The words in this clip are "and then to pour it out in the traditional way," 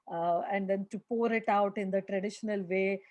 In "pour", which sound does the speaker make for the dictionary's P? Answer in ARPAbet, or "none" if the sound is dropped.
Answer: P